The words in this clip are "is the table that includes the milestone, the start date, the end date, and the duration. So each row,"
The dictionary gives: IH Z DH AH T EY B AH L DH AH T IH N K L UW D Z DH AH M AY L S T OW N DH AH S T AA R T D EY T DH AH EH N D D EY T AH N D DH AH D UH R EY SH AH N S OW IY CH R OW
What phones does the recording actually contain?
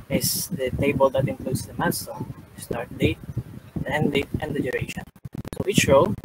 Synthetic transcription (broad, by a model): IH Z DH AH T EY B AH L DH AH T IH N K L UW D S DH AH M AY N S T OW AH S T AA R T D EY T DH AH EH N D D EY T AH N D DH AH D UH R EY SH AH N S OW IY CH R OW